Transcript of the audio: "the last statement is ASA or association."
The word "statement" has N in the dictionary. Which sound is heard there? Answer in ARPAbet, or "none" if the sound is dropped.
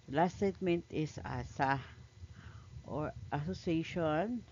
N